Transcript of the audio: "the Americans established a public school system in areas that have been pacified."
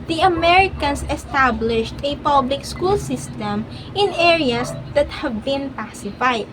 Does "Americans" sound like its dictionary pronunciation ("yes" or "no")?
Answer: no